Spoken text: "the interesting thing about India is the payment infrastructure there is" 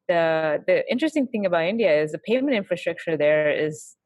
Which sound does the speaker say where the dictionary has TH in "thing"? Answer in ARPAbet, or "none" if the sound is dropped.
TH